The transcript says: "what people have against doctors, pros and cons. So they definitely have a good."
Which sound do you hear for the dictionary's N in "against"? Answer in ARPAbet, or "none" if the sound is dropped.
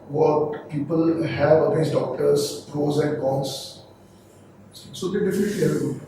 none